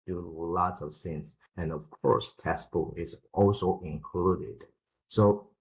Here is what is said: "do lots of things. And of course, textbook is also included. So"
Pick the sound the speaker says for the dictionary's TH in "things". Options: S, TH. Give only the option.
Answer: S